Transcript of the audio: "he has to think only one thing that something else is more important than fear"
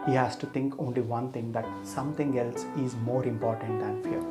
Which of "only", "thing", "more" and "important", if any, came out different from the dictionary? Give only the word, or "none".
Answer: thing